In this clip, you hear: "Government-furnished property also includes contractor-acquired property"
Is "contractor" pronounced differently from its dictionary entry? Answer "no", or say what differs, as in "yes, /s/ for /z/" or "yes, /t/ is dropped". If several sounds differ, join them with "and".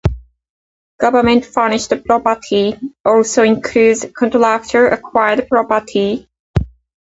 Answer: yes, /l/ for /ɹ/